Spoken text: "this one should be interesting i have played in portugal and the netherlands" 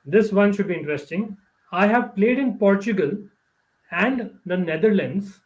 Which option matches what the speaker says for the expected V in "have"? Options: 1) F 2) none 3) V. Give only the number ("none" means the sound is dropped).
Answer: 3